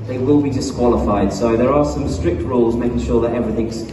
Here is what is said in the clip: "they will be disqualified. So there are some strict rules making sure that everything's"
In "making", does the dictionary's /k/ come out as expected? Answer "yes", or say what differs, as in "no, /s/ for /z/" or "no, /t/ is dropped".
yes